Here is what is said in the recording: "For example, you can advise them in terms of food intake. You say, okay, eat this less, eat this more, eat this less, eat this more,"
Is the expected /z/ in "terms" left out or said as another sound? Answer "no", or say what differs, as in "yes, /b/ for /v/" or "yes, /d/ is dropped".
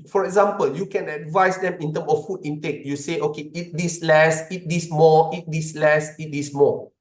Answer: yes, /z/ is dropped